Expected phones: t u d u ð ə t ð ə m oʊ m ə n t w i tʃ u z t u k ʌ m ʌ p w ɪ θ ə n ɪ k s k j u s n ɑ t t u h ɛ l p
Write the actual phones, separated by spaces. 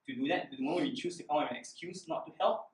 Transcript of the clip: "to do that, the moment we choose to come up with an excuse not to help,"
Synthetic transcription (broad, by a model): t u d u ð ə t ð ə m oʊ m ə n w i tʃ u s t u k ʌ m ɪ ə n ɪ k s k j u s n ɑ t t u h ɛ l p